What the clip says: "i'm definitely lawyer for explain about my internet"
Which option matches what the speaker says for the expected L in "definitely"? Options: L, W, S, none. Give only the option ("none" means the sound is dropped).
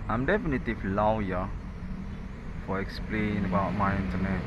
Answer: none